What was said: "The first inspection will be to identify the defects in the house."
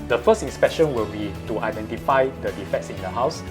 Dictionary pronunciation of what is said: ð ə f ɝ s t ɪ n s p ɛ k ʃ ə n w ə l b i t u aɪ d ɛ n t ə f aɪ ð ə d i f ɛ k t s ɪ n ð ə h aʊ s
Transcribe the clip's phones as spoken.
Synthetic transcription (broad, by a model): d ə f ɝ s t ɪ n s p ɛ k ʃ ə n w ə l b i t u aɪ d ɛ n t ə f aɪ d ə d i f ɛ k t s ɪ n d ə h aʊ s